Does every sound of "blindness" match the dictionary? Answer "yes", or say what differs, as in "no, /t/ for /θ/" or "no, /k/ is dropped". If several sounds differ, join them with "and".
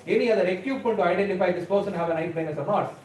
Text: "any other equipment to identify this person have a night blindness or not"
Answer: no, /l/ is dropped